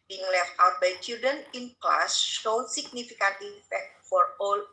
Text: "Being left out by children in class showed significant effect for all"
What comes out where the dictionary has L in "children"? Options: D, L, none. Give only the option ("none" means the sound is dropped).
none